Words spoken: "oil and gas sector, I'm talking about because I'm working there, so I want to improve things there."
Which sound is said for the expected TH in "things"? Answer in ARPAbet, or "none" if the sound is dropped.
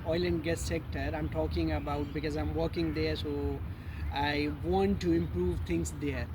T